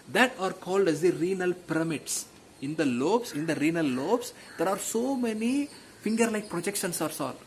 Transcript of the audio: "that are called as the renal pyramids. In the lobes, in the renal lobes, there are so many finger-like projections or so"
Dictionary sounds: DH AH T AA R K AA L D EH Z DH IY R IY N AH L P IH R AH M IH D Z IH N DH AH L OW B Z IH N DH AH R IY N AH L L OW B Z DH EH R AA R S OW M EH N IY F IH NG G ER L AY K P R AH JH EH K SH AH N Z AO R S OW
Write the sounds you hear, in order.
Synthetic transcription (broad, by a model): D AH T AA R K AA L D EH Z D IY R IY N AH L P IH R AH M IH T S IH N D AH L OW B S IH N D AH R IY N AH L L OW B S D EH R AA R S OW M EH N IY F IH NG G ER L AY K P R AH JH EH K SH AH N S AO R S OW